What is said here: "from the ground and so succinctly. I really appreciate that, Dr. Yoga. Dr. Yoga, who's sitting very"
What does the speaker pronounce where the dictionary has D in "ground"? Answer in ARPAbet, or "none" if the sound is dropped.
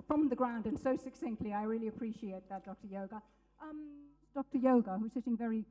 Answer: D